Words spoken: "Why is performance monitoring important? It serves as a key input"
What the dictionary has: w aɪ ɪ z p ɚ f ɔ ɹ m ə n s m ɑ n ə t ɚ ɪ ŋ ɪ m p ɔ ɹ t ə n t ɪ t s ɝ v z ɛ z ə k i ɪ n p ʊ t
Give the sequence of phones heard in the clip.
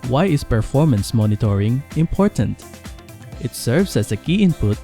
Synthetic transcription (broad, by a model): w aɪ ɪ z p ɚ f ɔ ɹ m ə n s m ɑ n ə t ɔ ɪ ŋ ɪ m p ɔ ɹ t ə n t ɪ t s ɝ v s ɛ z ə k i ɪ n p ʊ t